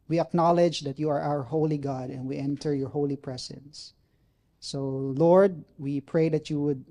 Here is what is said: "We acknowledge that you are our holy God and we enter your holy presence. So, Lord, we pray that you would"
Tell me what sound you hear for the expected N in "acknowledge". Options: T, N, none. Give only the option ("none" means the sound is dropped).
N